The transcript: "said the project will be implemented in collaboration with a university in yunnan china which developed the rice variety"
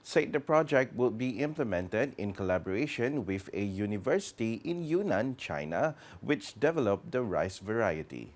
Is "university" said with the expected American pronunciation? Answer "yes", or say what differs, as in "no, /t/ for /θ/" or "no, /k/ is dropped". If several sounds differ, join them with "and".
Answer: yes